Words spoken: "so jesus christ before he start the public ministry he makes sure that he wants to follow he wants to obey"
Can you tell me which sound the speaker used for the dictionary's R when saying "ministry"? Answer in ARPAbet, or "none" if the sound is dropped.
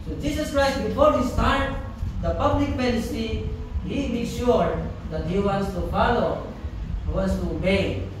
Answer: none